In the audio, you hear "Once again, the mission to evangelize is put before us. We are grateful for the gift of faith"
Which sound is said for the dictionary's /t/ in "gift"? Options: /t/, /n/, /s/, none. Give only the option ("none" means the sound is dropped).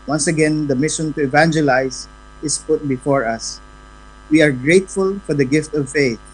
/t/